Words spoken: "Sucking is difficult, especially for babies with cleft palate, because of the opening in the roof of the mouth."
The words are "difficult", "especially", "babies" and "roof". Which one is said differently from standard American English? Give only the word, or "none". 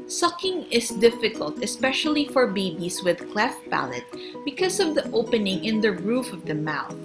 babies